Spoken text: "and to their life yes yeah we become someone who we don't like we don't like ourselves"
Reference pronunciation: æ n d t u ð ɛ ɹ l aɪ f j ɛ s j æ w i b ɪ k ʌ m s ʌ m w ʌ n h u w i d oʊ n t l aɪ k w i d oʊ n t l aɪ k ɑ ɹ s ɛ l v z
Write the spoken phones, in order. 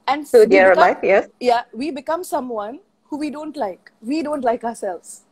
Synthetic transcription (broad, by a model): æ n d s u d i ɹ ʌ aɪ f j ɛ s j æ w i b ɪ k ʌ m s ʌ m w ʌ n h u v i d oʊ n t l aɪ k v i d oʊ n t l aɪ k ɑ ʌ s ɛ l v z